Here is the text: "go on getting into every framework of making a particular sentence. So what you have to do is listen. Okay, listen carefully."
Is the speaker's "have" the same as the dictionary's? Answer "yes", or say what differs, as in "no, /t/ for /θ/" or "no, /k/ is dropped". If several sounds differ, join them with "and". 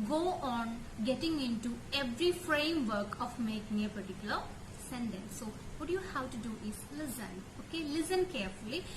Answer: no, /w/ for /v/